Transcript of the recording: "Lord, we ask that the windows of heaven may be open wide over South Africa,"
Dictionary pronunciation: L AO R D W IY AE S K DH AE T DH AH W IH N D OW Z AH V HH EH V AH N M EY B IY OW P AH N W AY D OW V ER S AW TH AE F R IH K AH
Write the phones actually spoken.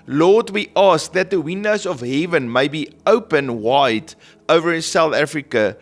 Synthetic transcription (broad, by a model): L AO D W IY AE S K DH AE T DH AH W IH N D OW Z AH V HH EH V AH N M EY B IY OW P AH N W AY D OW V ER S AW TH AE F R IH K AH